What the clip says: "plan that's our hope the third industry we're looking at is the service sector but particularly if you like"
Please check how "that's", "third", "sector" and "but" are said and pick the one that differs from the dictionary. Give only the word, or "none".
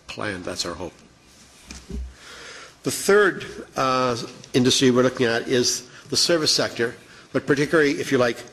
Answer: none